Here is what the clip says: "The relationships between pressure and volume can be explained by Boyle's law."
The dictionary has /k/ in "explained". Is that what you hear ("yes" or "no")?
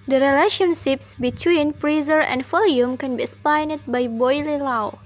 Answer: no